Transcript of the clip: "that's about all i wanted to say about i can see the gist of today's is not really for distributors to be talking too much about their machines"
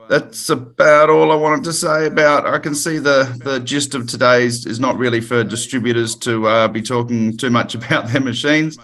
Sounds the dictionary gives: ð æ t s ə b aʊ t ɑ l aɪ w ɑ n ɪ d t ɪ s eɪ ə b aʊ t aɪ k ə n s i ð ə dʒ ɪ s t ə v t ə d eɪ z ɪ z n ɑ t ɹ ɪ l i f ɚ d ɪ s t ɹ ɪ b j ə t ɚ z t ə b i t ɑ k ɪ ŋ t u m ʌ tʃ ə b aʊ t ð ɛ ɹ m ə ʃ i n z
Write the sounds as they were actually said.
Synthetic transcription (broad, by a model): ð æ t s ə b aʊ t ɑ l aɪ w ɑ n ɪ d t ɪ s eɪ ə b aʊ t aɪ k ə n s i ð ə dʒ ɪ s t ə v t ə d eɪ z ɪ z n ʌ t ɹ ɪ l i f ɚ d ɪ s t ɹ ɪ b j ə t ɚ z t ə b i t ɑ k ɪ ŋ t u m ʌ tʃ ə b aʊ t ð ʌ ɹ m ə ʃ i n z